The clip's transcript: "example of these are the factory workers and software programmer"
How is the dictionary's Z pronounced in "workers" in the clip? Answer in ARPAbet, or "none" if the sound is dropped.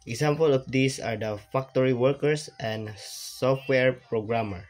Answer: S